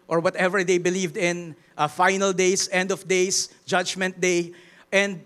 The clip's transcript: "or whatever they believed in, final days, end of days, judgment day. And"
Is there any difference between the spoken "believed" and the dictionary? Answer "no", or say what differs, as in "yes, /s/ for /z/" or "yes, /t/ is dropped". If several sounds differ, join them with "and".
no